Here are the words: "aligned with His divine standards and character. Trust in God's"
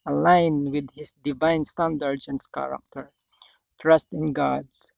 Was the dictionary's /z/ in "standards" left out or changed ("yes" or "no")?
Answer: yes